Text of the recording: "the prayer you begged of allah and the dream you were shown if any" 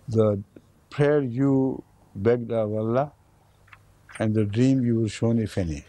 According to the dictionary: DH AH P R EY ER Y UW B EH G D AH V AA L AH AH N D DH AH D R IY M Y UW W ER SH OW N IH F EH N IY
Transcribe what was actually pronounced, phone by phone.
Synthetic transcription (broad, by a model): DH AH P R EY ER Y UW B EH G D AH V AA L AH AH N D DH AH D R IY M Y UW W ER SH OW N IH F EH N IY